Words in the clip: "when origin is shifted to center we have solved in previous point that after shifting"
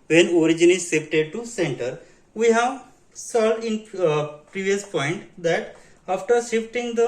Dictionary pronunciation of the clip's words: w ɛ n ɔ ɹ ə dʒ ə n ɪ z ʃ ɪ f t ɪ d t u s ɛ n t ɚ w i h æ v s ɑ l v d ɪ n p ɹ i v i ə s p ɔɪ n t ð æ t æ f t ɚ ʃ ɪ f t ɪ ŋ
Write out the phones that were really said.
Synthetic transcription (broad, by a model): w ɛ n ɔ ɹ ə dʒ ə n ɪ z s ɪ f t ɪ d t u s ɛ n t ɚ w i h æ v s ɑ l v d ɪ n p ɹ i v i ə s p ɔɪ n t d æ t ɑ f t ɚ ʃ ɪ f t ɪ ŋ